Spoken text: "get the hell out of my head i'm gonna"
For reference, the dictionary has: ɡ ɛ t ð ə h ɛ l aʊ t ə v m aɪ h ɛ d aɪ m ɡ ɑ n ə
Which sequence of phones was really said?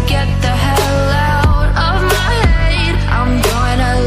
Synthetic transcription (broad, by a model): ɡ ɛ t ð ə h ɛ l aʊ t ə v m aɪ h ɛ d aɪ m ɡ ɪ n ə